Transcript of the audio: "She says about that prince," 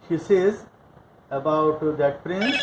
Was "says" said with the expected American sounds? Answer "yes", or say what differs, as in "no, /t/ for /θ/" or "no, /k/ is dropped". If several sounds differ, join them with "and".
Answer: yes